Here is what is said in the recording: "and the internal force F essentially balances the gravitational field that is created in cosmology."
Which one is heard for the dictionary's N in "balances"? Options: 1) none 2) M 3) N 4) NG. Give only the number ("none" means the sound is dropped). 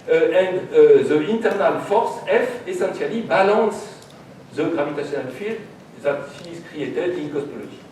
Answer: 1